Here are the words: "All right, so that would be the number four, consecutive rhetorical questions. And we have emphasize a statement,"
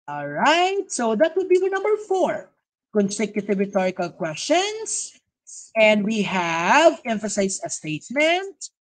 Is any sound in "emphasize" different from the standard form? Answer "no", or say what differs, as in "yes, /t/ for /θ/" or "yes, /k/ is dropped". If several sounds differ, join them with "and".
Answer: yes, /s/ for /z/